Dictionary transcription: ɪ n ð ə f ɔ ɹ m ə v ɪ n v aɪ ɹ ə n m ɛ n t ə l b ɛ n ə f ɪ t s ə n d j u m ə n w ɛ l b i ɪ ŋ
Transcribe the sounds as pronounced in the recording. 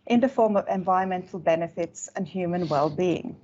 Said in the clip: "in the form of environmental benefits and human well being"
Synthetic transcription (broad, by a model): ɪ n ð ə f ɔ ɹ m ə v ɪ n v aɪ ɹ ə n m ɛ n t l b ɛ n ə f ɪ t s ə n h j u m ə n w ɛ l b i ɪ ŋ